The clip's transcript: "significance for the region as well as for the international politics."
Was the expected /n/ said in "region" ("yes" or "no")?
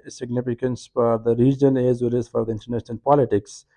no